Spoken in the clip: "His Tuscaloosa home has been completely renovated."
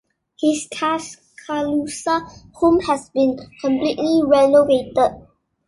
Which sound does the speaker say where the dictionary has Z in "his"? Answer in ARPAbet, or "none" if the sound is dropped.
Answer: S